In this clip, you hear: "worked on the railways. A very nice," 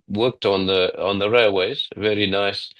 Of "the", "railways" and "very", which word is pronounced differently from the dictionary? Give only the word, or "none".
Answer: none